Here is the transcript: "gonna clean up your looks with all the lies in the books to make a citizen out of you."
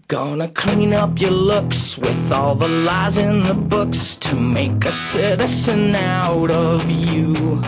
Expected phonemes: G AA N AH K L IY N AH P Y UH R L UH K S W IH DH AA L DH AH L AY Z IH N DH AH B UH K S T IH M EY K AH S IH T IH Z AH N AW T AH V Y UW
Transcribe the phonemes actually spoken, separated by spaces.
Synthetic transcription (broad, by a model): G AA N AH K L IY N AH P Y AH R L UH K S W IH DH AA L DH AH L AY Z IH N DH AH B UH K S T IH M EY K AH S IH T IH S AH N AW T AH V Y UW